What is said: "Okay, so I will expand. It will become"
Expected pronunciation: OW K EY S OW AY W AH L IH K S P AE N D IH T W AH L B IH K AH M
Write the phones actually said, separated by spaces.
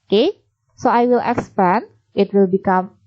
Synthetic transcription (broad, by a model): K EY S OW AY W AH L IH K S P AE N IH T W AH L B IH K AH M